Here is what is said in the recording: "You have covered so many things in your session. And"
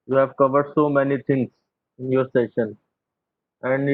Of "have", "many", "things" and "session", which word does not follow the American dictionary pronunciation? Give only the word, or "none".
things